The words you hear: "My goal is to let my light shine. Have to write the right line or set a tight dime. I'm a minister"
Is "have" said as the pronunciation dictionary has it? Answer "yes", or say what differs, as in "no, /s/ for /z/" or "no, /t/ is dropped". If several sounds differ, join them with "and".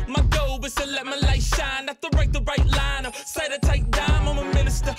no, /f/ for /v/